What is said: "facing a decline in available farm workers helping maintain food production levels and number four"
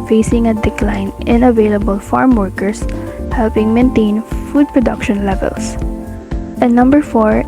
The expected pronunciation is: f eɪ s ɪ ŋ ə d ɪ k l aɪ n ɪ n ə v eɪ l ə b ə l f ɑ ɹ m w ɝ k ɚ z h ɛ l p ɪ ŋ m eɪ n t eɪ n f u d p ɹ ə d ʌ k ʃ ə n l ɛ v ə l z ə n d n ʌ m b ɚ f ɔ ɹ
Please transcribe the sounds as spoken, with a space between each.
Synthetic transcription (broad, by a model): f eɪ s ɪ ŋ ə d ɪ k l aɪ n ɪ n ə v eɪ l ə b ə l f ɑ ɹ m w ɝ k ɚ s h ɛ l p ɪ ŋ m eɪ n t eɪ n f u d p ɹ ə d ʌ k ʃ ə n l ɛ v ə l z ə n n ʌ m b ɚ f ɔ ɹ